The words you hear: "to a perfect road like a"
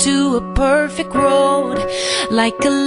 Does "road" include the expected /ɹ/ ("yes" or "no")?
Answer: yes